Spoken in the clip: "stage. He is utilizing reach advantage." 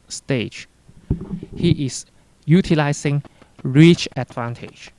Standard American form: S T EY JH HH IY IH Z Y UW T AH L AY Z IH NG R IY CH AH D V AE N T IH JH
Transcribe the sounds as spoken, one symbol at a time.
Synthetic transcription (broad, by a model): S T EY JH HH IY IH S Y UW T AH L AY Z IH NG R IY CH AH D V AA N T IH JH